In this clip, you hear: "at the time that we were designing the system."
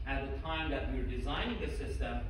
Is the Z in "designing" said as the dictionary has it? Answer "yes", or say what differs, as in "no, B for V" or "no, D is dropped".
yes